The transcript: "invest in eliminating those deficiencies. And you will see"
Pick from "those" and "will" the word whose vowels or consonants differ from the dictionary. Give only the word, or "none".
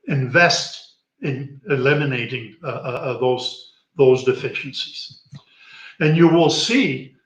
none